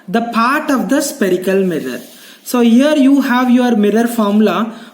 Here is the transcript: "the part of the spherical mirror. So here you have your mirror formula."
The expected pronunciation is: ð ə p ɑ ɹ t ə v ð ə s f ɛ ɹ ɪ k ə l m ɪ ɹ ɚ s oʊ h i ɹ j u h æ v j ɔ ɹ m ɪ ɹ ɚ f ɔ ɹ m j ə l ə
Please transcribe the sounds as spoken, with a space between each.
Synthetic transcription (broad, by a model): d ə p ɑ ɹ t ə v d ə s p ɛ ɹ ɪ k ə l m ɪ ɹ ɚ s oʊ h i ɹ j u h æ v j ɔ ɹ m ɪ ɹ ɚ f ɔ ɹ m l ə